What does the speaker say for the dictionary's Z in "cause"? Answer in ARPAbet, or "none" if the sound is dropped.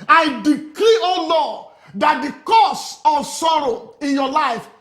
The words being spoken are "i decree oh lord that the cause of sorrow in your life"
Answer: S